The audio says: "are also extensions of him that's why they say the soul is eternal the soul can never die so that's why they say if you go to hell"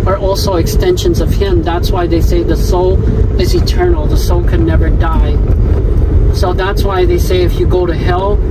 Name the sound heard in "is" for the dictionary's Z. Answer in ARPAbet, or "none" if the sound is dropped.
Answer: Z